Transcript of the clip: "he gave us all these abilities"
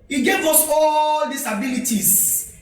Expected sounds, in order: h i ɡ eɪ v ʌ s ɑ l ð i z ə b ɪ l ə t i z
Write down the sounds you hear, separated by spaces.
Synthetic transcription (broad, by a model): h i ɡ eɪ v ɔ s ɑ l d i s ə b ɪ l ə t i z